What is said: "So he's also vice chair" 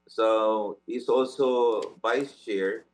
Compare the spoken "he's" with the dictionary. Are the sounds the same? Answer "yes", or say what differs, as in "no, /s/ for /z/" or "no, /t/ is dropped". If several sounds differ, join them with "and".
no, /s/ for /z/